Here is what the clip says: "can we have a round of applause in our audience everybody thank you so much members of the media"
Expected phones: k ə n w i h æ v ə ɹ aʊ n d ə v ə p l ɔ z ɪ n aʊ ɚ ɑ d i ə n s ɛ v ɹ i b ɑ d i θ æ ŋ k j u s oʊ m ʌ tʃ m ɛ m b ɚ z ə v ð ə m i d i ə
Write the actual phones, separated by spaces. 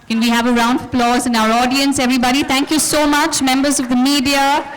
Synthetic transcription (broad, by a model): k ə n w i h æ v ə ɹ aʊ n d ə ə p l ɔ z ɪ n aʊ ɚ ɑ d i ə n s ɛ v ɹ i b ɑ d i t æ ŋ k j u s oʊ m ʌ tʃ m ɛ m b ɚ z ə v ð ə m i d i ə